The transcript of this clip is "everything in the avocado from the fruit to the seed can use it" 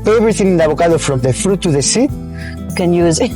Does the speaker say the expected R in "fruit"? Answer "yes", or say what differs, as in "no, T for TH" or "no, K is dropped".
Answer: yes